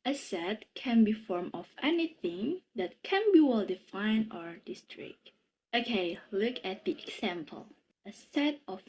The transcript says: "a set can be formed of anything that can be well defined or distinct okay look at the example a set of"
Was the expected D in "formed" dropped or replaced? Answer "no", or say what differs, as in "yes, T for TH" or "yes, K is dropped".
yes, D is dropped